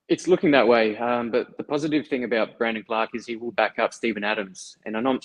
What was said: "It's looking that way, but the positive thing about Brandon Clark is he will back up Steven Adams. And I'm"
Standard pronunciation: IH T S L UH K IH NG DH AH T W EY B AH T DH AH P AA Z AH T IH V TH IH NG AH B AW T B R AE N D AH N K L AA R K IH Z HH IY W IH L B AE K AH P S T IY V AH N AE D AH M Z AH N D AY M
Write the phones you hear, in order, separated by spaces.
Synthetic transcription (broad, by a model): IH T S L UH K IH NG DH AH T W EY B AH T DH AH P AA Z AH T IH V TH IH NG AH B AW T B R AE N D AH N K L AA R K IH Z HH IY W IH L B AE K AH P S T IY V AH N AE D AH M Z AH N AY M